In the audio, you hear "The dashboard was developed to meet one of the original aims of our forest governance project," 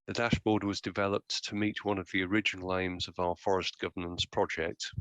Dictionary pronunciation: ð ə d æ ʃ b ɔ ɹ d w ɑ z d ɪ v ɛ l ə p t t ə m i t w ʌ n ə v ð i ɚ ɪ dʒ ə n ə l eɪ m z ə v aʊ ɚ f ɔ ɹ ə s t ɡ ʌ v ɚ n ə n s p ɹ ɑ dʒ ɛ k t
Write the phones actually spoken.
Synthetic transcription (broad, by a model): ð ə d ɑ ʃ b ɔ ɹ d w ɑ z d ɪ v ɛ l ə p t t ə m i t w ʌ n ə v ð i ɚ ɪ dʒ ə n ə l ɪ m z ə v aʊ ɚ f ɔ ɹ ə s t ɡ ʌ v ɚ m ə n s p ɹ ɑ dʒ ɛ k t